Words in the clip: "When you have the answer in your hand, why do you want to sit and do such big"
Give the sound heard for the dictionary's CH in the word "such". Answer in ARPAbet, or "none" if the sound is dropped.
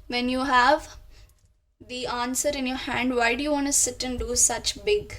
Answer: CH